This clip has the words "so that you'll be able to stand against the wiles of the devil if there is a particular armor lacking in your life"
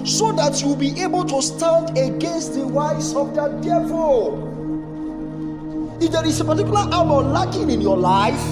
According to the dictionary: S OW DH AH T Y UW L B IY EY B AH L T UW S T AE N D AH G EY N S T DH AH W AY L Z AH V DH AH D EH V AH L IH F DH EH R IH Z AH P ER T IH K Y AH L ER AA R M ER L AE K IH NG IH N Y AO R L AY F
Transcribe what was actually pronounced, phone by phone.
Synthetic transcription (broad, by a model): S OW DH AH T Y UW W B IY EY B AH L T UW S T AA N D AH G EY N S T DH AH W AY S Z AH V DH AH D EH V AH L IH F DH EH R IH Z AH P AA T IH K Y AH L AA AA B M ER L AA K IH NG IH N Y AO L AY F